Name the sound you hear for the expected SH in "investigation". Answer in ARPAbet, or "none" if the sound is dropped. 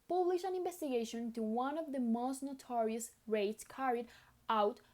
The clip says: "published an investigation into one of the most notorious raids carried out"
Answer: none